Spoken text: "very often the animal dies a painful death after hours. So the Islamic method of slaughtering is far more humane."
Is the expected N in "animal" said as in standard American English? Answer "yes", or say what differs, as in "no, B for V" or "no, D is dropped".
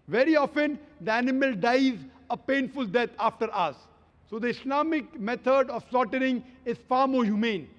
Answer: yes